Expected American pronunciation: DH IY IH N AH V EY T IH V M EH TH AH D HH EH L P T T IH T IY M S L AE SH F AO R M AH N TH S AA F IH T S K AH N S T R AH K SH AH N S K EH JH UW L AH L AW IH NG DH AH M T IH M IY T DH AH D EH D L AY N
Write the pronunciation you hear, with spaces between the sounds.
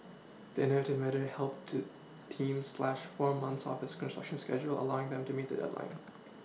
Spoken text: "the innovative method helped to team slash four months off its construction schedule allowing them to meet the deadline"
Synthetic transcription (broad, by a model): DH IY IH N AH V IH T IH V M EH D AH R HH EH L P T T IH T IY M S L AE SH F AO R M AH N TH S AA F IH S K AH N S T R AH K SH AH N S K EH JH UW L AH L AW IH NG DH AH M T IH M IY T DH AH D EH D L AY N